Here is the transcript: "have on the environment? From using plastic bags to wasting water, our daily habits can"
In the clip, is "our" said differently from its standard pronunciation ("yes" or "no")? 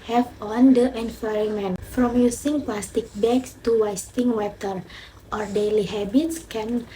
no